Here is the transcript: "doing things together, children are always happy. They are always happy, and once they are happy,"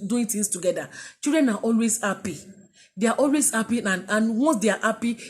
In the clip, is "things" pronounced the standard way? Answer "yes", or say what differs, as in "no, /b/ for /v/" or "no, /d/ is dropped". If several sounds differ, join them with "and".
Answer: no, /t/ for /θ/ and /s/ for /z/